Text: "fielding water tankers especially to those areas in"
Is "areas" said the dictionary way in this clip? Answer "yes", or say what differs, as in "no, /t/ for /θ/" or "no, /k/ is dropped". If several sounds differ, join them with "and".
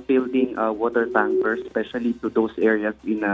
no, /s/ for /z/